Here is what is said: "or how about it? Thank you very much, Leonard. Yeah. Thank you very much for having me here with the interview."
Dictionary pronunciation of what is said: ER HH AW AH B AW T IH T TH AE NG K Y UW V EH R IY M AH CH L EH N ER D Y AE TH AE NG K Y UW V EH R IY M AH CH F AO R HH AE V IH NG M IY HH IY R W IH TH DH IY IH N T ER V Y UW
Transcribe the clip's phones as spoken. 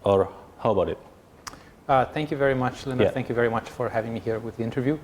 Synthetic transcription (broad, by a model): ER HH AW AH B AW T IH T TH AE NG K Y UW V EH R IY M AH CH L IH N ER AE TH AE NG K Y UW V EH R IY M AH CH F AO R HH AE V IH NG M IY HH IY R W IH DH IY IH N T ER V Y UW